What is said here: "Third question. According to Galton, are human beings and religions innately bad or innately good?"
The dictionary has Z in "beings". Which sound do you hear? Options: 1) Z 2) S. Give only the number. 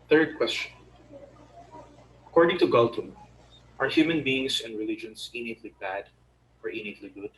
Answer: 2